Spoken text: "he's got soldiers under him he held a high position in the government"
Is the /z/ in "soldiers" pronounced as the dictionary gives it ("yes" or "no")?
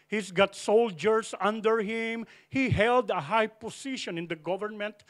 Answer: no